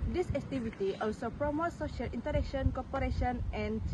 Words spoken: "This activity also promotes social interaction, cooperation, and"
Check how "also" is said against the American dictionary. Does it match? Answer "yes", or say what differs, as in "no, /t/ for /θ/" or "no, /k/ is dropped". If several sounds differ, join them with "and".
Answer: yes